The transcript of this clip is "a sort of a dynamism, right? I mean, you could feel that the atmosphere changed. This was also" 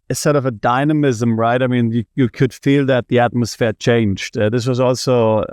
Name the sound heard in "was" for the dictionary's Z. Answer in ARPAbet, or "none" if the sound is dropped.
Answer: Z